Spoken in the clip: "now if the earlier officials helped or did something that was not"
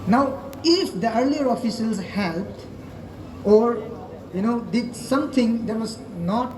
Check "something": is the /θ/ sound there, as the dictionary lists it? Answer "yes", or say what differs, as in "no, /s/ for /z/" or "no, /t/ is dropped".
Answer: no, /t/ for /θ/